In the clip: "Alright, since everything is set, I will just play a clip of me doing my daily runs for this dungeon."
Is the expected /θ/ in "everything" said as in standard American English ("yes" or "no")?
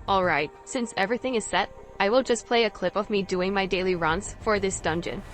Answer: yes